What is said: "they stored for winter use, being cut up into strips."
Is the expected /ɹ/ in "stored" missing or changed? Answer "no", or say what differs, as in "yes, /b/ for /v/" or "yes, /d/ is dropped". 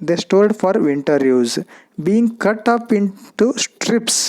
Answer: yes, /l/ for /ɹ/